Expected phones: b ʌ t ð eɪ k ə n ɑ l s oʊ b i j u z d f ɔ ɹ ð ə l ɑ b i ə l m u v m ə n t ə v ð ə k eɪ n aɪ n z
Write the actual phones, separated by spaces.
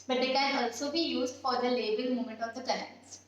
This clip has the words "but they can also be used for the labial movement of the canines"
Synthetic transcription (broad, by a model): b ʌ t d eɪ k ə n ɑ l s oʊ b i j u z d f ɔ ɹ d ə l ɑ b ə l m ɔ m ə n t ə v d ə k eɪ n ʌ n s